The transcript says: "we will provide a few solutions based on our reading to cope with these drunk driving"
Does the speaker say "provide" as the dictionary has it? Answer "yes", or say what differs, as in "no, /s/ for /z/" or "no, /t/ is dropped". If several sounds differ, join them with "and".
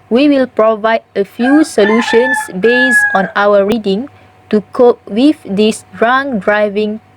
yes